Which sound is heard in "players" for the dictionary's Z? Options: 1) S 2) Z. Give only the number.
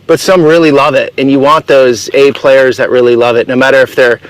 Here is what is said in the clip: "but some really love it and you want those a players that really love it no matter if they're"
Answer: 2